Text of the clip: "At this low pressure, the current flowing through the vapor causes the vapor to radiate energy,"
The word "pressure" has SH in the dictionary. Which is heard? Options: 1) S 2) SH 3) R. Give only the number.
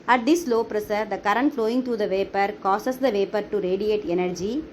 1